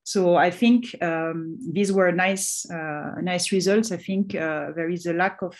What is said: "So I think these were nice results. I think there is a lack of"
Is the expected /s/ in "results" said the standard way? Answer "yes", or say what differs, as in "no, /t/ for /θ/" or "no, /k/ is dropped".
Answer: yes